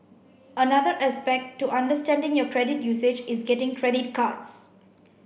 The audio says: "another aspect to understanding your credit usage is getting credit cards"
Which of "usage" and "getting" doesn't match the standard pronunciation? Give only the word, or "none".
none